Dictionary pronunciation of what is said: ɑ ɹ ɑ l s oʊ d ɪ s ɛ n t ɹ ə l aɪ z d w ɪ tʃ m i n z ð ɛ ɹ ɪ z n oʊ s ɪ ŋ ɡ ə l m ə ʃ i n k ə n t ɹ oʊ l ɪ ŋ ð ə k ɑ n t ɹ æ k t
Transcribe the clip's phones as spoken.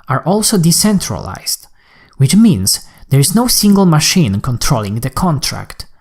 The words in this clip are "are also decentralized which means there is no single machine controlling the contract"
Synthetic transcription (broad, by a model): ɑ ɹ ɑ l s oʊ d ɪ s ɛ n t ɹ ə l aɪ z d w ɪ tʃ m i n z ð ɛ ɹ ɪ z n oʊ s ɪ ŋ ɡ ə l m ə ʃ i n k ə n t ɹ oʊ l ɪ ŋ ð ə k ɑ n t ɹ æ k t